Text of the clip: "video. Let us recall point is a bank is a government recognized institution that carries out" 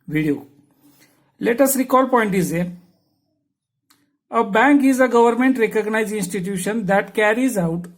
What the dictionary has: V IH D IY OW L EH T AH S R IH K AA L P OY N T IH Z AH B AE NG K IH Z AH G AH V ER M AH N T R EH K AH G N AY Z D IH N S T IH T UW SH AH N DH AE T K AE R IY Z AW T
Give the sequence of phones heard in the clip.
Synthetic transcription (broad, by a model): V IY D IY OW L EH T AH S R IH K AA L P OY N T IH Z AH B AE NG K IH Z AH G AH V ER M AH N T R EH K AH G N AY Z IH N S T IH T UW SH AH N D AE T K AE R IY Z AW T